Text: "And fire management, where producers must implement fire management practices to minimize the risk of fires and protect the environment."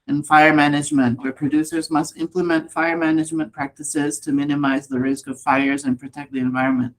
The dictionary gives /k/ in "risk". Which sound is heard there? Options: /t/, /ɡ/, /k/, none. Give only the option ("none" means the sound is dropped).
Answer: /k/